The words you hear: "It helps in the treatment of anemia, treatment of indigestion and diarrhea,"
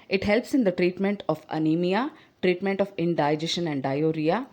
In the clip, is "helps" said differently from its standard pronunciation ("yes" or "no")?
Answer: no